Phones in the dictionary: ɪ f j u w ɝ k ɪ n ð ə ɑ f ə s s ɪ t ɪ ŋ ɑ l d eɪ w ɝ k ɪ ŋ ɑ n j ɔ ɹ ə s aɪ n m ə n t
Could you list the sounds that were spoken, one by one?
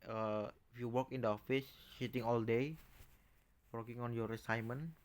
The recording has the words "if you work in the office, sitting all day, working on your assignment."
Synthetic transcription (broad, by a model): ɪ f j u w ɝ k ɪ n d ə ɑ f ə s ʃ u t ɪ ŋ ɑ l d eɪ w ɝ k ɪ ŋ ɑ n j ɔ ɹ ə s aɪ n m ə n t